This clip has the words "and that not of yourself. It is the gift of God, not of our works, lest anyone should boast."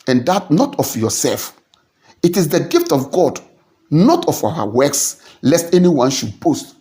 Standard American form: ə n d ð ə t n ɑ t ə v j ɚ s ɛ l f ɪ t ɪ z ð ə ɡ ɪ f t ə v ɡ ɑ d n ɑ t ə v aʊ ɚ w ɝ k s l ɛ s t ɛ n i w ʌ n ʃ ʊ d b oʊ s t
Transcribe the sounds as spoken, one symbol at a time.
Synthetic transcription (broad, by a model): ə n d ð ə t n ɑ t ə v j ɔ s ɛ l f ɪ t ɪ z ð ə ɡ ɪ f t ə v ɡ ɑ d n ɑ t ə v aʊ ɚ w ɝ k s l ɛ s t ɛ n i w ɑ n ʃ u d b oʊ s t